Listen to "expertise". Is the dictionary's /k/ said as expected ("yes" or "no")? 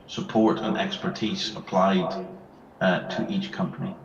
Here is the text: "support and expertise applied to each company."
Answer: yes